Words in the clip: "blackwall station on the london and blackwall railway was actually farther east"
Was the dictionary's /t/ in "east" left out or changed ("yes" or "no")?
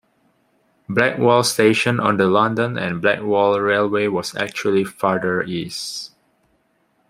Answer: yes